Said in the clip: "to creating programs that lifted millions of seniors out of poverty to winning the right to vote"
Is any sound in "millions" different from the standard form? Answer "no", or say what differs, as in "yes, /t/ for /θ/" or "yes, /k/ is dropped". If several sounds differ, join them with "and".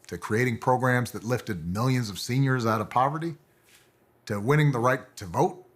no